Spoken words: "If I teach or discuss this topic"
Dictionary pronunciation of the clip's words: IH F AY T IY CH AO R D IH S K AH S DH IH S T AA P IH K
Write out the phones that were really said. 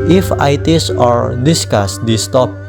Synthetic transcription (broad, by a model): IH F AY T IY S AO R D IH S K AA S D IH S T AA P